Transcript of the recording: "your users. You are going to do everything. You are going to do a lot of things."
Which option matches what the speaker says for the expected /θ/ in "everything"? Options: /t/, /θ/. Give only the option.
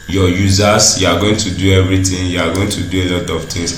/t/